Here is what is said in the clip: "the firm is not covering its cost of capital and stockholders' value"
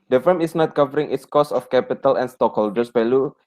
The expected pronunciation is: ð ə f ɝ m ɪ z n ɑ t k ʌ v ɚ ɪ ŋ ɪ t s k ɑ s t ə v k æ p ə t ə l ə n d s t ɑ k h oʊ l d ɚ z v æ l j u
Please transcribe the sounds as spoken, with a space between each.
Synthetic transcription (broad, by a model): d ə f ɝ m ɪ s n ɑ t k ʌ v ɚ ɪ ŋ ɪ t s k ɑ s ə f k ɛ p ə t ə l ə n s t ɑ k h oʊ l d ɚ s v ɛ l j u